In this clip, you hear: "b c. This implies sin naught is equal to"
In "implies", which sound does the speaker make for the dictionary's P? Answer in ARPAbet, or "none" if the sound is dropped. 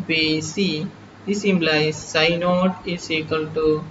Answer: B